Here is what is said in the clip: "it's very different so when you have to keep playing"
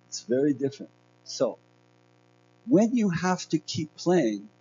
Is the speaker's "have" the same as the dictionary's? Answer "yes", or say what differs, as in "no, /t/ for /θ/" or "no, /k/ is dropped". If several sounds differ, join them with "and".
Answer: no, /f/ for /v/